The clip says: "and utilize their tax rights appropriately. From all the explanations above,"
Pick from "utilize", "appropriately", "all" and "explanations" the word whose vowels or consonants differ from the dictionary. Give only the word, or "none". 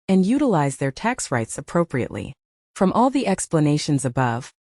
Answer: none